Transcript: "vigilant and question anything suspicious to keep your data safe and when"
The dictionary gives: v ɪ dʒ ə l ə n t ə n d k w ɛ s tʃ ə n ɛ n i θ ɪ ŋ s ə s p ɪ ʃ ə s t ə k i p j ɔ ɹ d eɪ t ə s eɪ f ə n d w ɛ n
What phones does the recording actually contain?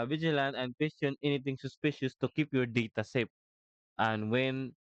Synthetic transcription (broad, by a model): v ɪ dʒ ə l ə n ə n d k w ɛ s tʃ ə n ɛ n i t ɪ ŋ s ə s p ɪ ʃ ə s t ə k i p j ɔ ɹ d eɪ t ə s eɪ p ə n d w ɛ n